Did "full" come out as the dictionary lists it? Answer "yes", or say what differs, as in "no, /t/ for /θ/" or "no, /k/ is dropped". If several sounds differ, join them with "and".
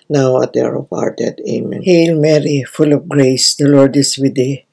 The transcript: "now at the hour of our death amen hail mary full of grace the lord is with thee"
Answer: yes